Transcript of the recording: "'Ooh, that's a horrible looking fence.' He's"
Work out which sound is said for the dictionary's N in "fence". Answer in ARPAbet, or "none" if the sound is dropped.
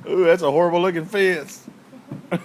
none